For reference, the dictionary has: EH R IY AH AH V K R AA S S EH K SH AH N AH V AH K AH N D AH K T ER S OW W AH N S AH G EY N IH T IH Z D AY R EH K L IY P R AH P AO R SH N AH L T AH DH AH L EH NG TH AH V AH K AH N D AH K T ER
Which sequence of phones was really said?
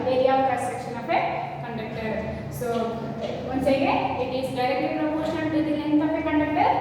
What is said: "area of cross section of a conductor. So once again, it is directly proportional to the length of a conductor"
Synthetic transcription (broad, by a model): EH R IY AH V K AA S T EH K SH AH N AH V AH K AH N D AH K T ER S OW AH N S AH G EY IH T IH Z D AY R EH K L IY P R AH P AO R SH AH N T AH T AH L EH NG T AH P AH K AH N D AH K T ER